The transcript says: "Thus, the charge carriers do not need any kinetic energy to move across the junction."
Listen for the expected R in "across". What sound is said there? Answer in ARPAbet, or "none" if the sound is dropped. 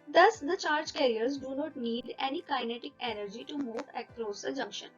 L